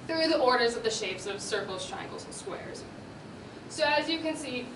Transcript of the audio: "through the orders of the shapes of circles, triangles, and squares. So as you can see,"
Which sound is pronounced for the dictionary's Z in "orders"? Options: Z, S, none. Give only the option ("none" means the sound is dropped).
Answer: Z